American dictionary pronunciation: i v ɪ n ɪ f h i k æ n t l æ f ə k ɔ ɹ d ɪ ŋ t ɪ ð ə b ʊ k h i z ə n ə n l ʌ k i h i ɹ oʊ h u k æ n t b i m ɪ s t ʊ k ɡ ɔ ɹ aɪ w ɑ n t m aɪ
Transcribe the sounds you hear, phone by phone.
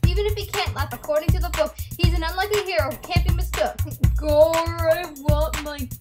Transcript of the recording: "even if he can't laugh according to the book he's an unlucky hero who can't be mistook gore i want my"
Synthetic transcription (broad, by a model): i v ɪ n ɪ f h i k æ n t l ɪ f ə k ɔ ɹ d ɪ ŋ t ɪ ð ə b ʊ k h i z ə n ə n l ʌ k i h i ɹ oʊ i k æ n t b i m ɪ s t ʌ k ɡ ɔ ɹ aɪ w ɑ t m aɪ